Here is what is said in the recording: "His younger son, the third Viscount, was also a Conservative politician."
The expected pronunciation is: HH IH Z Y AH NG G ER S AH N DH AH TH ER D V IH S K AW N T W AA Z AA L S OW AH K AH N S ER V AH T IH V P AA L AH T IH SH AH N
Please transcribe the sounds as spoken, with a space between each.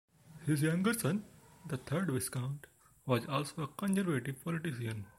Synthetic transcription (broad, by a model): HH IH Z Y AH NG G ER S AH N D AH T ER D V IH S K AW N T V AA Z AA L S OW AH K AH N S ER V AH T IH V P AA L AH T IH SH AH N